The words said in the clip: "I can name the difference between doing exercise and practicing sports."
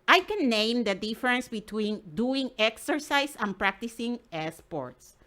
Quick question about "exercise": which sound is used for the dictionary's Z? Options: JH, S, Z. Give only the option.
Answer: S